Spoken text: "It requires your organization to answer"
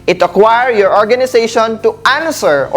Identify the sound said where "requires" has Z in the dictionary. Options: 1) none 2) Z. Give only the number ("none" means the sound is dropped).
1